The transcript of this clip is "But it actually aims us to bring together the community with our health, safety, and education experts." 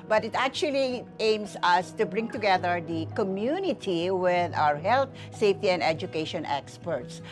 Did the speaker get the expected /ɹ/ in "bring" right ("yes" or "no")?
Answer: yes